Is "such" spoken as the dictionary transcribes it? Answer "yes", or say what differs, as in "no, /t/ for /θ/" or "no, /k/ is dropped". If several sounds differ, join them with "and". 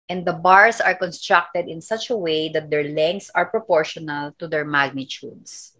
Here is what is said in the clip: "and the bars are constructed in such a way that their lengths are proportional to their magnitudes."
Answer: yes